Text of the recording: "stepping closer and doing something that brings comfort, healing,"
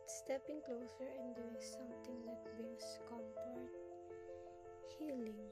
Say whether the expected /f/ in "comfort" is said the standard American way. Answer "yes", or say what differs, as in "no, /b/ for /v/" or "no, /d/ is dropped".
no, /p/ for /f/